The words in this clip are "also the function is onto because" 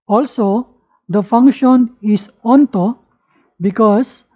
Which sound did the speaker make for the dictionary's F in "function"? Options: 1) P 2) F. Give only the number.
2